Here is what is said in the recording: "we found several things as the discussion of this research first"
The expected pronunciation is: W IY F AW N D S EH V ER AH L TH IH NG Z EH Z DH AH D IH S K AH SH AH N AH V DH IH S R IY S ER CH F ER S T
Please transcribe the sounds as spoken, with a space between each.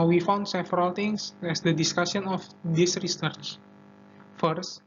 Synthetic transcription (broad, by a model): W IY F AW N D S EH V ER AH L T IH NG S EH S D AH D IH S K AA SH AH N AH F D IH S R IY S ER CH F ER S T